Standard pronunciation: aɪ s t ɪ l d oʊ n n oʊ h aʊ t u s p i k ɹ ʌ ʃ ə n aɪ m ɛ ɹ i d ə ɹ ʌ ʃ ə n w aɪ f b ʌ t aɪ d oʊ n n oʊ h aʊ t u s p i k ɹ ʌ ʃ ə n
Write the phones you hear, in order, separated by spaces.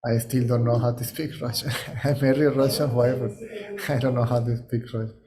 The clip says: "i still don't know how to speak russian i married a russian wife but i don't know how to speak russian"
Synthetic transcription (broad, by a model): aɪ s t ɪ l d oʊ n n oʊ h aʊ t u s p i k ɹ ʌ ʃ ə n aɪ m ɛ ɹ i ə ɹ ʌ ʃ ə n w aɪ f b ʌ t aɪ d oʊ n n oʊ h aʊ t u s p i k ɹ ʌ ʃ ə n